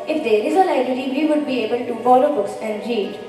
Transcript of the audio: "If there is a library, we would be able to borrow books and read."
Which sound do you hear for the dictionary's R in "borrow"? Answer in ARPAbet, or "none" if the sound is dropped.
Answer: L